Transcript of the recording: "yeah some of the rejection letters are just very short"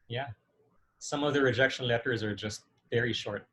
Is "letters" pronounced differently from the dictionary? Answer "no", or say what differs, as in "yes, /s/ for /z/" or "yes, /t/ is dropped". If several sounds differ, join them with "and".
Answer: no